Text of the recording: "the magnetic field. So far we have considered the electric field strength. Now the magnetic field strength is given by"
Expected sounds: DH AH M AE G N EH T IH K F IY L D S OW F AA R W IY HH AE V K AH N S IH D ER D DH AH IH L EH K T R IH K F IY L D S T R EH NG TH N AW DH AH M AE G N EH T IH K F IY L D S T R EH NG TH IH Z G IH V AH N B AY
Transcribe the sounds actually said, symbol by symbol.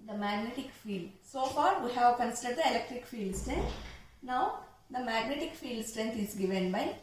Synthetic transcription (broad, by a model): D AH M AE G N EH T IH K F IY L D S OW F AA R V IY HH AE V K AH N S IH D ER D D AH IH L EH K T R IH K F IY L D S T R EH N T N AW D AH M AE G N EH T IH K F IY L D S T R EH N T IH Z G IH V AH N B AY